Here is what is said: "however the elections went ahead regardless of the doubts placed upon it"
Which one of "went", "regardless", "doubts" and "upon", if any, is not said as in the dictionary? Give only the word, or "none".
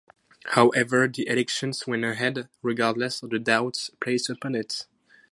went